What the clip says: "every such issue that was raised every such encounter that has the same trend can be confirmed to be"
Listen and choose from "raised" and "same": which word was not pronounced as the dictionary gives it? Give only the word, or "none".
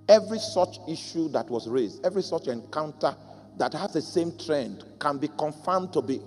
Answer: none